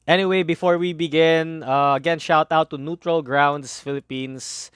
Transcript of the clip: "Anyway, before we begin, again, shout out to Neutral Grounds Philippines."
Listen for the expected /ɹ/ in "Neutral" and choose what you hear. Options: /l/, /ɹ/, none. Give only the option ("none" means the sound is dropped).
/ɹ/